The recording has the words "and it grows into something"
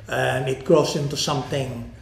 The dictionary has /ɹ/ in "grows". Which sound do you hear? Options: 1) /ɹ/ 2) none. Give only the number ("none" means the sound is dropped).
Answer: 2